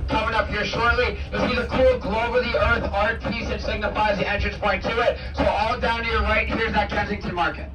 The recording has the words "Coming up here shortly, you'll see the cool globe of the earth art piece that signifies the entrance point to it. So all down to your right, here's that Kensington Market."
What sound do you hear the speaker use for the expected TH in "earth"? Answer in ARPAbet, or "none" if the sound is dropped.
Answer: TH